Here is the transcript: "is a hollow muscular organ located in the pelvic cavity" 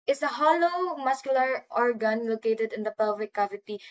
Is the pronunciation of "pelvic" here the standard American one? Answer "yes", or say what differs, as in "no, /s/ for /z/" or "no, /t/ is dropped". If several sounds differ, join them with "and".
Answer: no, /l/ is dropped